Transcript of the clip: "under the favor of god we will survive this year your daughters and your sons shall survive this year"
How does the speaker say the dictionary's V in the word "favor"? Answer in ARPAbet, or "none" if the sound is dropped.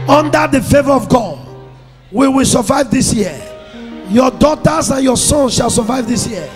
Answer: V